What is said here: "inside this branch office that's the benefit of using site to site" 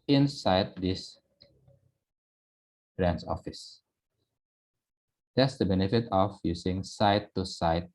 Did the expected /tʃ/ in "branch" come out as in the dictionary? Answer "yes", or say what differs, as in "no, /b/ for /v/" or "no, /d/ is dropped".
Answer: no, /s/ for /tʃ/